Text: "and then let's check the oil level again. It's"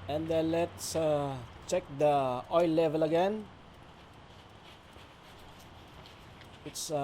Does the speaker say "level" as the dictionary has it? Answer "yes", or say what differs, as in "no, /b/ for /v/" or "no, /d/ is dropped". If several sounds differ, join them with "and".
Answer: yes